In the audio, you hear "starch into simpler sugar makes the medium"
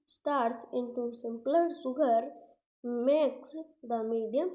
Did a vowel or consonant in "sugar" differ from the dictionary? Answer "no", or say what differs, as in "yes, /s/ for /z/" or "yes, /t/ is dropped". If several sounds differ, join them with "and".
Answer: yes, /s/ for /ʃ/